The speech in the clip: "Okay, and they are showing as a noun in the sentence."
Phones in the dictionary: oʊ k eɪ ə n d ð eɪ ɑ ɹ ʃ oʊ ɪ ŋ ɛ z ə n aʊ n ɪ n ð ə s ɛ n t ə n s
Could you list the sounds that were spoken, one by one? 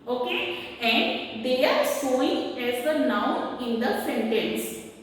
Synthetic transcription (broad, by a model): oʊ k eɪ ə n d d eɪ ɑ ɹ s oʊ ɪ ŋ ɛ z ə n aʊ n ɪ n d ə s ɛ n t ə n s